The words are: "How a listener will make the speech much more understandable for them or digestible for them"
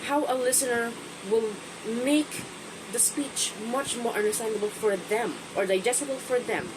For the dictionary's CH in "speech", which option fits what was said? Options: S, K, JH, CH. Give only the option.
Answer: CH